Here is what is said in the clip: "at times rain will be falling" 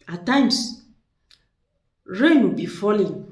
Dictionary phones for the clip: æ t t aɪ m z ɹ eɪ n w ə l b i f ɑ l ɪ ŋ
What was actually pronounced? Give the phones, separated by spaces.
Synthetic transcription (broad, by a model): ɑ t t aɪ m s ɹ eɪ n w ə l b i f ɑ l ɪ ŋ